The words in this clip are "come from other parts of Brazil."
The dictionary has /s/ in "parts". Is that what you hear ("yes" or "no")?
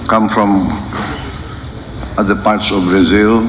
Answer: yes